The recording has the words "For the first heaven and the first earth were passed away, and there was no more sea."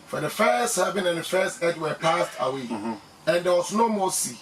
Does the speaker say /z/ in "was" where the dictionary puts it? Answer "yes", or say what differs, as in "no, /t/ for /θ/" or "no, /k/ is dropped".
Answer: no, /s/ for /z/